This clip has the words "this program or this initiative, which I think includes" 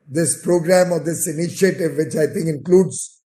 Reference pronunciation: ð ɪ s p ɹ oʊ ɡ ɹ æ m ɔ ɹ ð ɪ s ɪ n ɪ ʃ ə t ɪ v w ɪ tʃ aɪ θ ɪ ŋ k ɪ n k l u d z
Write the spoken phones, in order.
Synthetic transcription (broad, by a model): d ɪ s p ɹ oʊ ɡ ɹ æ m ɔ ɹ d ɪ s ɪ n ɪ ʃ ə t ɪ v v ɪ tʃ aɪ t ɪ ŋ k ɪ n k l u d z